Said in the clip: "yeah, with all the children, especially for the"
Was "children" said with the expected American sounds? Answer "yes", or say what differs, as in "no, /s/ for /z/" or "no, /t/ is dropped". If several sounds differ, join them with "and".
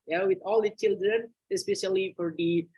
yes